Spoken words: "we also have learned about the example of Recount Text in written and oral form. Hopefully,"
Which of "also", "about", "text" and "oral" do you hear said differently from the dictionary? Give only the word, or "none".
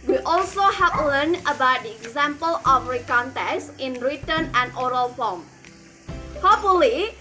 text